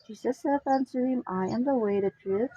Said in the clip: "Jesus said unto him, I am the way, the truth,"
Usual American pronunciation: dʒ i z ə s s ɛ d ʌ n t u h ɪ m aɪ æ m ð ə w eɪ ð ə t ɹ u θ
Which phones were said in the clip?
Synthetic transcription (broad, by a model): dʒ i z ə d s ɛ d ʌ n s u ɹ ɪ m aɪ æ m ð ə w eɪ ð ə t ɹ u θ